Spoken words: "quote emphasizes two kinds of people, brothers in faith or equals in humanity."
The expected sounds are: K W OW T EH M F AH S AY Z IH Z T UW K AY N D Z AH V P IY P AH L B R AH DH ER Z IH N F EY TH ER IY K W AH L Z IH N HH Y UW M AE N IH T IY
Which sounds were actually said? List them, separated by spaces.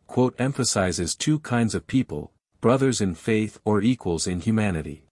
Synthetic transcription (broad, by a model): K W OW T EH M F AH S AY Z IH Z T UW K AY N D Z AH V P IY P AH L B R AH DH ER Z IH N F EY TH ER IY K W AH L Z IH N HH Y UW M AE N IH T IY